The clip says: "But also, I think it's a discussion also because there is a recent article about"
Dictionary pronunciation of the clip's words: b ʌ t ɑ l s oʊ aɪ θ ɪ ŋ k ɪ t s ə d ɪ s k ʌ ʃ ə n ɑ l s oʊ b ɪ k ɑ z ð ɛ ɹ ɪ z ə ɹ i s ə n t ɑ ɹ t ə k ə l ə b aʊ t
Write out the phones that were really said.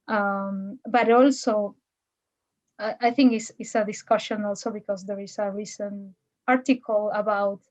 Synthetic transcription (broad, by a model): b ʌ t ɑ l s oʊ aɪ θ ɪ ŋ k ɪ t s ə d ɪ s k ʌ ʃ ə n ɑ l s oʊ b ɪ k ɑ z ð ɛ ɹ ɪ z ə ɹ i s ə n ɑ ɹ t ə k ə l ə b aʊ t